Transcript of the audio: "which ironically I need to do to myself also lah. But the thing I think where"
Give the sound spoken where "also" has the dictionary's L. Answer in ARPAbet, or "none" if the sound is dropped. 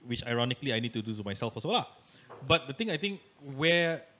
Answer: none